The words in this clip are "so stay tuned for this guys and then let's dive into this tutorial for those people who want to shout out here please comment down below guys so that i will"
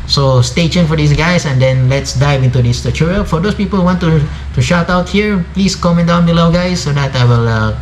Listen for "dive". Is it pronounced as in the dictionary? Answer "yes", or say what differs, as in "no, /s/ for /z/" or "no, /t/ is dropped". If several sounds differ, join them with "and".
yes